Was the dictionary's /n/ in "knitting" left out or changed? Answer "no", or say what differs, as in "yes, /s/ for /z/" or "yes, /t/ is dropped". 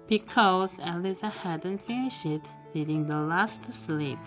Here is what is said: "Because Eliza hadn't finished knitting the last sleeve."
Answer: yes, /l/ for /n/